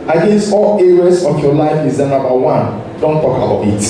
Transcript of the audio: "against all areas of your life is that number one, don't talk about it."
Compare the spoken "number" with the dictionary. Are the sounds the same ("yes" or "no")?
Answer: no